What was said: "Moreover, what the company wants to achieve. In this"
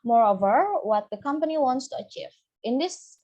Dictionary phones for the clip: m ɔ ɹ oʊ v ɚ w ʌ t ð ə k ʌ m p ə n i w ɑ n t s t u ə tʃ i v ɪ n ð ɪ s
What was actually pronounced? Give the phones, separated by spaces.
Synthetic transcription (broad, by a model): m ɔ ɹ oʊ v ɚ w ʌ t ð ə k ʌ m p ə n i w ɑ n t s t u ə tʃ i v ɪ n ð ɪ s